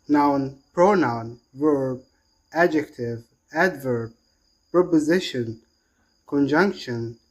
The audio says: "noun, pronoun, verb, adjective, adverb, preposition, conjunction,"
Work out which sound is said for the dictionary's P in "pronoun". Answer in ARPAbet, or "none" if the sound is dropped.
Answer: P